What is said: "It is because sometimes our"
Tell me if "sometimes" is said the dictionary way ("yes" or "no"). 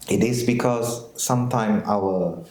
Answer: no